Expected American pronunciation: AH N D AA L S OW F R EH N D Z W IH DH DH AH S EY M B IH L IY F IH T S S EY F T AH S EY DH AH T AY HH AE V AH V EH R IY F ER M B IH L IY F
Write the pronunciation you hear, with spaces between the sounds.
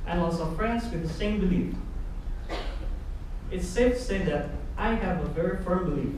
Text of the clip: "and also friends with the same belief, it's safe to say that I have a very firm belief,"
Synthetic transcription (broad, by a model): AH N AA S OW F R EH N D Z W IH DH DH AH S EY M B IH L IY F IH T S S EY T AH S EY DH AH T AY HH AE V AH V EH R IY F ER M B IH L IY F